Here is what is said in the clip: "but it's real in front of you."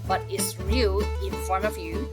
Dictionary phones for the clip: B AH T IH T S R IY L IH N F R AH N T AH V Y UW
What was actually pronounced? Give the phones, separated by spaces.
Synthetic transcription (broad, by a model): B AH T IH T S R IY L IH N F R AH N AH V Y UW